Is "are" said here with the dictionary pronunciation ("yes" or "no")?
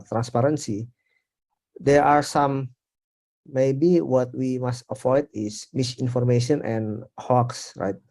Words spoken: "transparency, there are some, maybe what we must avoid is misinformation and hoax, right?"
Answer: yes